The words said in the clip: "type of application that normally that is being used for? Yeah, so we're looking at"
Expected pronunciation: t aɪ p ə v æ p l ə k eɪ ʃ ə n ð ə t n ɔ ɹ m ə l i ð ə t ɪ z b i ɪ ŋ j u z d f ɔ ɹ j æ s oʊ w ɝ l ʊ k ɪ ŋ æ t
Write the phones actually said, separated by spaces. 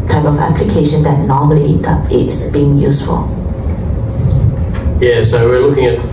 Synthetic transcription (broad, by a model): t aɪ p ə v æ p l ə k eɪ ʃ ə n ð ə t n ɔ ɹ m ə l i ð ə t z b i ɪ ŋ j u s f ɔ l j æ s oʊ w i l ʊ k ɪ ŋ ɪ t